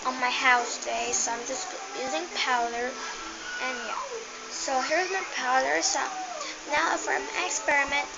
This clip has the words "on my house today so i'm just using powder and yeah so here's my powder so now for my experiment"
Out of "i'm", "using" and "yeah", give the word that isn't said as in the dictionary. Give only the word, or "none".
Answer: none